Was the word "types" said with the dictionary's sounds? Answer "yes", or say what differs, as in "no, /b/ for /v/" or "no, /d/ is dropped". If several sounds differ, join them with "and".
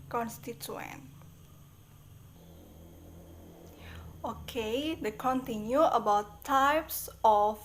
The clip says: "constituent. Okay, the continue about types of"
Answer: yes